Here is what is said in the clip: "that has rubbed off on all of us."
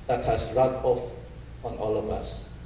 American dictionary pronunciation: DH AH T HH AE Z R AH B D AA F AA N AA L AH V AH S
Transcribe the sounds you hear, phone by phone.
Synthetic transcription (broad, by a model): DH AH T HH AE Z R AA D AA F AA N AA L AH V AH S